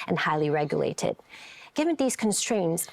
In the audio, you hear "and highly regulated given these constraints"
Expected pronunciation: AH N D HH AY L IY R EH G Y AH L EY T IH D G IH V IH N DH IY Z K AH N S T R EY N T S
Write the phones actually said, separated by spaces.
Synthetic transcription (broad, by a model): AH N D HH AY L IY R EH G Y AH L EY T IH D G IH V IH N DH IY Z K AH N S T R EY N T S